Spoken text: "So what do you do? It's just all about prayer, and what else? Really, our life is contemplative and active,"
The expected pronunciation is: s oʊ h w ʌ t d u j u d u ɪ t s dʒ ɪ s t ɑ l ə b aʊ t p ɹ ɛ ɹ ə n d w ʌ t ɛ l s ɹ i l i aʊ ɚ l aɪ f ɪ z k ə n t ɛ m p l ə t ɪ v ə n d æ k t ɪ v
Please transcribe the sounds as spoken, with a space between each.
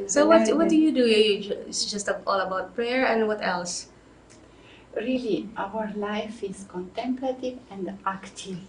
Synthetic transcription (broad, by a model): s oʊ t w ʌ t d u j u d u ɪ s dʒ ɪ s t ɑ l ə b aʊ t p ɹ ɛ ɹ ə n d w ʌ t ɛ l s ɹ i l i aʊ ɚ l aɪ f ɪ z k ə n t ɛ m p l ə t ɪ v ə n d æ k t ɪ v